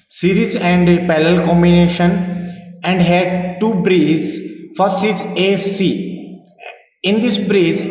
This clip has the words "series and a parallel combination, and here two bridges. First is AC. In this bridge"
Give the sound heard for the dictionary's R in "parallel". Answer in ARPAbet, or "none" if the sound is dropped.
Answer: L